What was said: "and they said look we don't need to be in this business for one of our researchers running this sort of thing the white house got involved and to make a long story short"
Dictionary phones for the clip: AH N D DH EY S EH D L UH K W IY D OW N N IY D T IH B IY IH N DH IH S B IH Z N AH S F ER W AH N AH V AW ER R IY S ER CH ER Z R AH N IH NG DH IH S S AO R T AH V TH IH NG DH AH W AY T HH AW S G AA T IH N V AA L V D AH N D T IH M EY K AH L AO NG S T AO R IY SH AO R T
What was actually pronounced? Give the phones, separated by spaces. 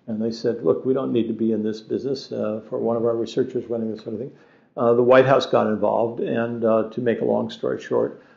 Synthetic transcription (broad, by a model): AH N DH EY S EH D L UH K W IY D OW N N IY D T IH B IY IH N DH IH S B IH Z N AH S F ER W AH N AH V AW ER R IY S ER CH ER Z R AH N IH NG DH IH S S AO R T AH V TH IH NG DH AH W AY T HH AW S G AA T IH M V AA L V D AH N T IH M EY K AH L AO NG S T AO R IY SH AO R T